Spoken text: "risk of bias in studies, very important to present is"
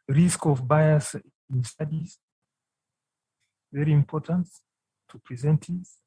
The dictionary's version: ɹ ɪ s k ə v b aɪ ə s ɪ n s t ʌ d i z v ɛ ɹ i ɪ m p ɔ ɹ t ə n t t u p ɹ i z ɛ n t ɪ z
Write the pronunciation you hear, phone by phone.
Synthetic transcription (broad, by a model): ɹ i s k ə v b aɪ ə s ɪ n s t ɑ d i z v ɛ ɹ i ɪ m p ɔ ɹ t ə n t t u p ɹ i z ɛ n t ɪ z